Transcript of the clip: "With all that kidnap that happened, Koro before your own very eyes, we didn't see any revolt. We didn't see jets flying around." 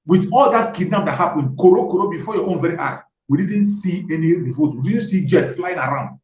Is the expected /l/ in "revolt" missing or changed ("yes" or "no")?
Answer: yes